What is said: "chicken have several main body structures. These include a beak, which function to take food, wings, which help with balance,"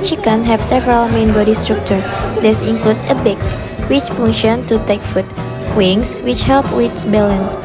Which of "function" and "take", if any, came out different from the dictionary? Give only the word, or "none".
function